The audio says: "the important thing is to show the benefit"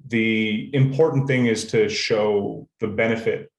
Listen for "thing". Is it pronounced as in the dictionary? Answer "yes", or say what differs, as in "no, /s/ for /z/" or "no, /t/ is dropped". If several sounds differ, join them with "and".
yes